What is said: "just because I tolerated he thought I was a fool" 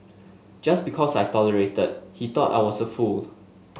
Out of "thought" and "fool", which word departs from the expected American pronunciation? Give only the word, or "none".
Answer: thought